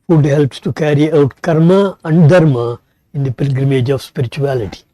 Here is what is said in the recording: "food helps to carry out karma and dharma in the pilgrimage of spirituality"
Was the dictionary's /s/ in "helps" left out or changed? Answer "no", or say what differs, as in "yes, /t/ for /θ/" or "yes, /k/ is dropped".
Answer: no